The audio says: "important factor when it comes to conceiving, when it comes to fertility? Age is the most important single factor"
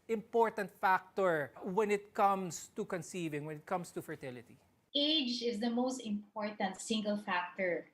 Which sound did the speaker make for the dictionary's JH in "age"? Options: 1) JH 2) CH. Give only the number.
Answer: 1